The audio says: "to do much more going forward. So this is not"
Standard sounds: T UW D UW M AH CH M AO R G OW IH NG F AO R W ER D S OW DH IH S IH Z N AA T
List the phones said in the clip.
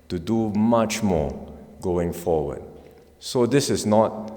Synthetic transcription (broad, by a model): T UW D UW M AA CH M AO G OW IH NG F AO W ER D S OW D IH S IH S N AA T